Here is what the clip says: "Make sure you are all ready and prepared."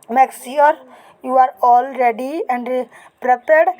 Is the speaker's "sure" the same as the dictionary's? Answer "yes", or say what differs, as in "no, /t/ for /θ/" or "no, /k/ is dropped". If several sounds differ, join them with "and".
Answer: no, /s/ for /ʃ/